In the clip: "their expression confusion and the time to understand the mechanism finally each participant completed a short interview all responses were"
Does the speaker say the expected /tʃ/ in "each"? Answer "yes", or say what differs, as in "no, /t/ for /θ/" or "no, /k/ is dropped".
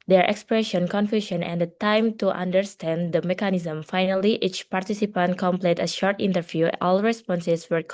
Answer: yes